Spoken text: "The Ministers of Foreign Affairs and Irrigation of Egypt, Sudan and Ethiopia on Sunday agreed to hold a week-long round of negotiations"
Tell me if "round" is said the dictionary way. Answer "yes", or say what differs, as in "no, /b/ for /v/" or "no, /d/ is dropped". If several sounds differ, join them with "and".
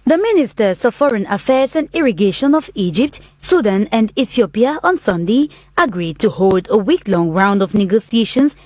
yes